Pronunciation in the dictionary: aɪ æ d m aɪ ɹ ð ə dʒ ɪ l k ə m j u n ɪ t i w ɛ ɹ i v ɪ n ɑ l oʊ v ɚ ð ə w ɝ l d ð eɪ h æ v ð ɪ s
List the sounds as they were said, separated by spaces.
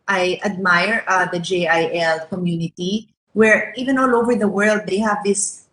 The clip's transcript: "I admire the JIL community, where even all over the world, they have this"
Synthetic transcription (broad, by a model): aɪ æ d m aɪ ɹ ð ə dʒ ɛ l k ə m j u n ɪ t i w ɛ ɹ i v ɪ n ɑ l oʊ v ɚ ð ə w ɝ l d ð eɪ h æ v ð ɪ s